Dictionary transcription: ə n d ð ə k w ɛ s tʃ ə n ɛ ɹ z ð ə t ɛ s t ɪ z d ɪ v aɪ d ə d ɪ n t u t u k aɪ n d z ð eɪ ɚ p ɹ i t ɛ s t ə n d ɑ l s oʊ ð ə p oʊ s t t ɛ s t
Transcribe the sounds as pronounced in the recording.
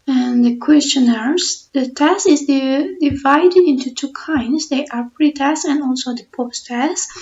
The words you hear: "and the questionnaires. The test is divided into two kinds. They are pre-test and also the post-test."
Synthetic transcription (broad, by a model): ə n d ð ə k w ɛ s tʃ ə n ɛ ɹ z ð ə t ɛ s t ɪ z d ɪ v aɪ d ə d ɪ n t u t u k aɪ n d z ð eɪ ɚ p ɹ i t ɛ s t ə n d ɑ l s oʊ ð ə p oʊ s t t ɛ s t